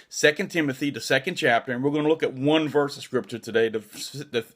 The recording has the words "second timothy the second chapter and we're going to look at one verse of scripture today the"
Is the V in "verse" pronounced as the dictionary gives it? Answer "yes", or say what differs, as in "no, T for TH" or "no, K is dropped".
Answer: yes